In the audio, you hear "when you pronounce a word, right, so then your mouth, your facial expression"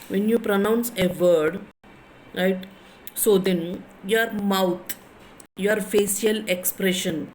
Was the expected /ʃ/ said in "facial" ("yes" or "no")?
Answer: no